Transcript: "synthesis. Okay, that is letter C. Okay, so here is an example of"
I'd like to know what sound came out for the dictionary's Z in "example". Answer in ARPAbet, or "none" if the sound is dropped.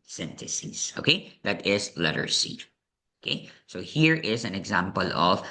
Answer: Z